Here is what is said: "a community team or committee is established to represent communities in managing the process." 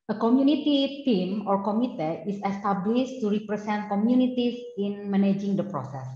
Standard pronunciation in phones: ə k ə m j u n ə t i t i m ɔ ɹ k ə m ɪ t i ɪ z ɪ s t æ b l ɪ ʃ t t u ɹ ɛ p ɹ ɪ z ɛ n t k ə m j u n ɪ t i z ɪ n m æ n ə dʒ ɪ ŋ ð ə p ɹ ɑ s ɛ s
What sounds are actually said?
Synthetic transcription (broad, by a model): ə k ə m j u n ə t i t i m ɔ ɹ k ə m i t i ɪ s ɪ s t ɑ b l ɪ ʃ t t u ɹ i p ɹ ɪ s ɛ n t k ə m j u n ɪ t i s ɪ n m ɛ n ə dʒ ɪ ŋ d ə p ɹ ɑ s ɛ s